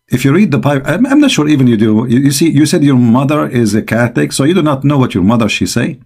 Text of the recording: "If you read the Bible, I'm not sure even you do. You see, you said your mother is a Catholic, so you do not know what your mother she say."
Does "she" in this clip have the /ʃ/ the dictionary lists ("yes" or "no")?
yes